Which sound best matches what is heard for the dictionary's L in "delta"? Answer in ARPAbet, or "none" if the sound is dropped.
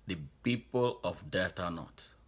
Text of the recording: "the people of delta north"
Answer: none